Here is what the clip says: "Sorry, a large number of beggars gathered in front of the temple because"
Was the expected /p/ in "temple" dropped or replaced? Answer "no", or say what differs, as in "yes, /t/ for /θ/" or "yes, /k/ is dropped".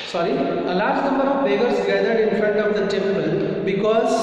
yes, /b/ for /p/